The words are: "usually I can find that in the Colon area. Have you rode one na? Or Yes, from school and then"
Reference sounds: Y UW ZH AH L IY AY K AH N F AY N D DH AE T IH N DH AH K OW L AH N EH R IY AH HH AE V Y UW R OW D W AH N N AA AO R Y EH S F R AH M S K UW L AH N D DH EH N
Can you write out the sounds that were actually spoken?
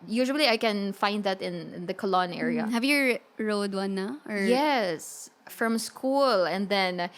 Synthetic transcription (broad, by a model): Y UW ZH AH L IY AY K AH N F AY N D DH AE T IH N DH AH K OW L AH N EH R IY AH HH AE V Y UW R OW D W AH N N AA AO R Y EH S F R AH M S K UW L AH N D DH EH N